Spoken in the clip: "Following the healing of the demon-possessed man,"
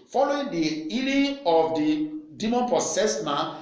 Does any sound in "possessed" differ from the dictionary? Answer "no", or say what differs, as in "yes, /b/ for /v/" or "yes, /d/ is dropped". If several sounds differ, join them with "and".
yes, /s/ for /z/